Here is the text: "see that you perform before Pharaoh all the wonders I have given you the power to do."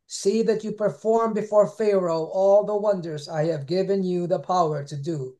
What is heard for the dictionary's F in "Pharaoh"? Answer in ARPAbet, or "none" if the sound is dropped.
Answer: F